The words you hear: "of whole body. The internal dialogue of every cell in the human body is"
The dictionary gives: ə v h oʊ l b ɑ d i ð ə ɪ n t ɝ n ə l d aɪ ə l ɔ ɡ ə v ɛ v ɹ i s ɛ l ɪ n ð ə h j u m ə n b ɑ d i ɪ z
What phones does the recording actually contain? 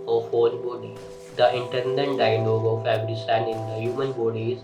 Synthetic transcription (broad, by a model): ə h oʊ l b ɑ d i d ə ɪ n t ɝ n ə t d aɪ ə l ɔ ɡ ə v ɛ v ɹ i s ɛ n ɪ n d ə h j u m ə n b ɑ d i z